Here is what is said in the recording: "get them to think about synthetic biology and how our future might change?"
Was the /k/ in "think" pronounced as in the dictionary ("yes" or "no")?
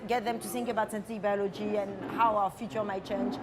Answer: yes